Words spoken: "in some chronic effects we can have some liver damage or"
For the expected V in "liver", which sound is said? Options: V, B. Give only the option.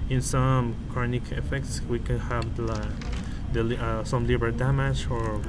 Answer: B